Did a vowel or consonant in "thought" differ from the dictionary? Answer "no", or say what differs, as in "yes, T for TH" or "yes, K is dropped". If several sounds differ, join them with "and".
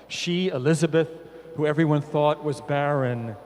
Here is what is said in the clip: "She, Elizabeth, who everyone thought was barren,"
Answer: no